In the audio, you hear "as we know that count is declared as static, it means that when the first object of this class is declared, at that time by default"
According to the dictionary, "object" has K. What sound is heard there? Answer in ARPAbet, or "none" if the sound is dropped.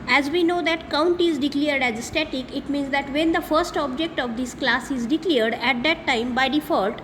K